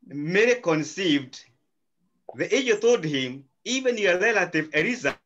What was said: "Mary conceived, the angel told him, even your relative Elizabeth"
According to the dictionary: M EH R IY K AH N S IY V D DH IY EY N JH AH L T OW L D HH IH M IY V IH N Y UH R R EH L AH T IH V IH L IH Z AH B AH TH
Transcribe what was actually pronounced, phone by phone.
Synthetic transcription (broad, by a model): M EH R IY K AH N S IY V D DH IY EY JH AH T OW L D HH IH M IY V IH N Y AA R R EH L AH T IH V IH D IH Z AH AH